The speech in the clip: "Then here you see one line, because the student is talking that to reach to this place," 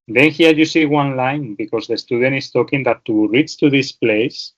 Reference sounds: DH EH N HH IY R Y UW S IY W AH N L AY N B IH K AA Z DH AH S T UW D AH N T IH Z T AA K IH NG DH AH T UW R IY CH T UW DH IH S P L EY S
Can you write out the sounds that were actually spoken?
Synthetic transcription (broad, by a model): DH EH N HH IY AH Y UW S IY W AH N L AY N B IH K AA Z DH AH S T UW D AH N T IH S T AA K IH NG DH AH T UW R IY S T UW DH IH S P L EY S